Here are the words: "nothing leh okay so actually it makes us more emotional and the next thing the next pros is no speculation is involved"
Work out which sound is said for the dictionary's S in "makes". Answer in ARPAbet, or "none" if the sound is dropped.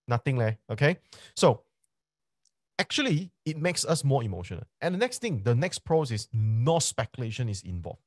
S